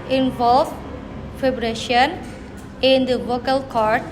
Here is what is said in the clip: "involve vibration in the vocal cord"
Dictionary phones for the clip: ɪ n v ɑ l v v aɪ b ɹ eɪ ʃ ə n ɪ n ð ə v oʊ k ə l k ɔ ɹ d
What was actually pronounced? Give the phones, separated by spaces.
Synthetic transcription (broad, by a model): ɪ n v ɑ l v f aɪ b ɹ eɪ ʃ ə n ɪ n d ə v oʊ k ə l k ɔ ɹ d